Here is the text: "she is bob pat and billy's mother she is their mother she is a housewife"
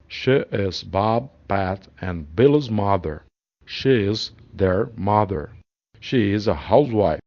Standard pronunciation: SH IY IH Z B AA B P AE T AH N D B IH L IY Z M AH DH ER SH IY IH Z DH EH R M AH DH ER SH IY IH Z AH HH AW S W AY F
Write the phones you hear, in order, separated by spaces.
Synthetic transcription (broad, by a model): SH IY IH Z B AA B P AE T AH N B IH L IY Z M AH DH ER SH IY IH Z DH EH R M AH DH ER SH IY IH Z AH HH AW S W AY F